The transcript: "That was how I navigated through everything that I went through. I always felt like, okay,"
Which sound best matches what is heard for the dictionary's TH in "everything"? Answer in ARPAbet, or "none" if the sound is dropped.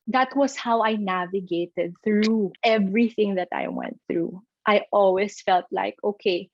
TH